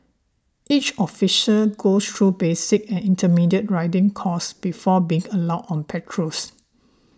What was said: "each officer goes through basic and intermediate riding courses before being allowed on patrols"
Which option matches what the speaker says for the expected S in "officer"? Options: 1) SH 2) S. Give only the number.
1